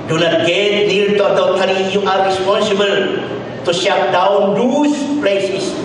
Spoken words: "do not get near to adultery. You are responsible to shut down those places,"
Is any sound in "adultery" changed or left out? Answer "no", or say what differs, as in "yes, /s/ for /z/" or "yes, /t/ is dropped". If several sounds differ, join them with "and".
yes, /l/ is dropped